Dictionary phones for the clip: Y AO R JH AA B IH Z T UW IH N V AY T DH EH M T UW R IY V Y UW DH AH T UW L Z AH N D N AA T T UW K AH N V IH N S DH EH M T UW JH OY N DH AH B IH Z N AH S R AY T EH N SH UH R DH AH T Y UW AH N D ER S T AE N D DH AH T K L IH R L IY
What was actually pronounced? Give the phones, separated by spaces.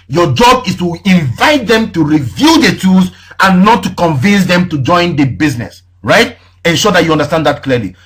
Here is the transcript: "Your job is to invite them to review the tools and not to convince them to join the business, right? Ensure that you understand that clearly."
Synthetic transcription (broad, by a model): Y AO JH AA B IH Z T UW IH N V AY T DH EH M T UW R IY V Y UW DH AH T UW Z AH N N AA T T UW K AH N V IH N S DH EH M T UW JH OY N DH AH B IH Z N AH S R AY T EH N SH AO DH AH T Y UW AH N D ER S T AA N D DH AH T K L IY L IY